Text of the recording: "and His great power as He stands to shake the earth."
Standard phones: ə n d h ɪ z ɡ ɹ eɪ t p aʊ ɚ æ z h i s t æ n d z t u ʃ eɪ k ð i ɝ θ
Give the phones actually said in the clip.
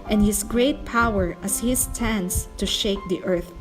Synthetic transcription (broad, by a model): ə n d h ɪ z ɡ ɹ eɪ t p aʊ ɚ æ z h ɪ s t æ n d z t u ʃ eɪ k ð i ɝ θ